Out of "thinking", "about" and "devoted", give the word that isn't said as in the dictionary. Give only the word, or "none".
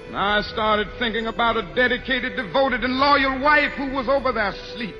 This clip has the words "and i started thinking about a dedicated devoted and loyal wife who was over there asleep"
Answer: none